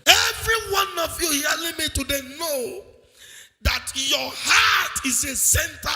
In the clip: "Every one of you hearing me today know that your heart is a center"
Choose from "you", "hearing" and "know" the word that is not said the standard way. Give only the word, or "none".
hearing